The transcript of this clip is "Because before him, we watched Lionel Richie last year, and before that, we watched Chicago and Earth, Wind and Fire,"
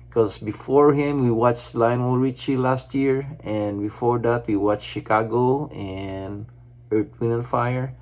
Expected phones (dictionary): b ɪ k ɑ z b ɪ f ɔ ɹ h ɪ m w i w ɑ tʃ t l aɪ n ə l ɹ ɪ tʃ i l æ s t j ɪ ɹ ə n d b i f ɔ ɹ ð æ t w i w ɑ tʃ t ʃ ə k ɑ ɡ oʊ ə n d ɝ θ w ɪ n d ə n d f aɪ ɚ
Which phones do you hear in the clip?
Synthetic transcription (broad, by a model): k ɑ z b ɪ f ɔ ɹ h ɪ m w i w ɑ tʃ l aɪ n ə l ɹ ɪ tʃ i l æ s t j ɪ ɹ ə n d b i f ɔ ɹ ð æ t w i w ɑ tʃ ʃ ə k ɑ ɡ oʊ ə n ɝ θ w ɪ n ə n f aɪ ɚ